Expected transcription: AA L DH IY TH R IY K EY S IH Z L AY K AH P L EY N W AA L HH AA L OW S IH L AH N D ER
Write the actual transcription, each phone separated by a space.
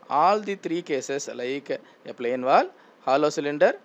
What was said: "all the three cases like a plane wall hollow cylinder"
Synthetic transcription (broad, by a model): AA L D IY T R IY K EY S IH S L AY K AH P L EY N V AA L HH AA L OW S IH L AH N D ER